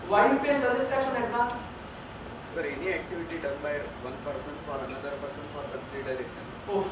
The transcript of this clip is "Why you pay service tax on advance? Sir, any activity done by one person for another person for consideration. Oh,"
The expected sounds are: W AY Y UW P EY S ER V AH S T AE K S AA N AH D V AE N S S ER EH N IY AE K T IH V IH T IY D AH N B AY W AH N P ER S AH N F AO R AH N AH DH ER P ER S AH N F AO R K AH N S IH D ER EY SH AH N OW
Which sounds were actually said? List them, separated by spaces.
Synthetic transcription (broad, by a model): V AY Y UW P EY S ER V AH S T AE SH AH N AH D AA S S ER EH N IY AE K T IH V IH T IY D AH N B AY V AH N P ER S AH N F AO R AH N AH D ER P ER S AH N F AO R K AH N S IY D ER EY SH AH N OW